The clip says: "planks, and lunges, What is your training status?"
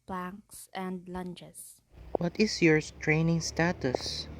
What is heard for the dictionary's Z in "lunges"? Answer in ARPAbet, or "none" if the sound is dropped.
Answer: S